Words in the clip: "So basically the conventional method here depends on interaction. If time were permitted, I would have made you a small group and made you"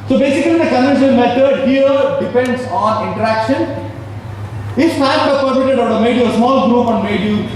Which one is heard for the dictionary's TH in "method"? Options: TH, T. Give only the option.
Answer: T